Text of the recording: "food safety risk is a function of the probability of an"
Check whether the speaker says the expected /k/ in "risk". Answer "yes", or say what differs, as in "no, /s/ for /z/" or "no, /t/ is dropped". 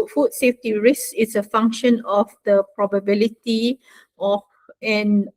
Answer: no, /k/ is dropped